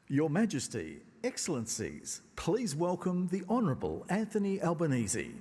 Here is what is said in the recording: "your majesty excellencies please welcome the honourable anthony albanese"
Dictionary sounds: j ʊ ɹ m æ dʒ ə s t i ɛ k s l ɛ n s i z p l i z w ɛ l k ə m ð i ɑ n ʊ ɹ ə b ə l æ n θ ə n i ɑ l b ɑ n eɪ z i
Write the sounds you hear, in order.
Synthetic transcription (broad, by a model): j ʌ ɹ m æ dʒ ə s t i ɛ k s l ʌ n s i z p l i z w ɛ l k ə m ð i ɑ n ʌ ɹ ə b ə l æ n θ ə n i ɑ l b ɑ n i z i